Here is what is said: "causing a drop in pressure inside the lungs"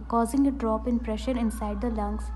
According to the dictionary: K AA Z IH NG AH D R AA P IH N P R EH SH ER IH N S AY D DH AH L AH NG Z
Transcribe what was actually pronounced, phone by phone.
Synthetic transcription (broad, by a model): K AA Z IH NG AH D R AA P IH N P R EH SH ER IH N S AY D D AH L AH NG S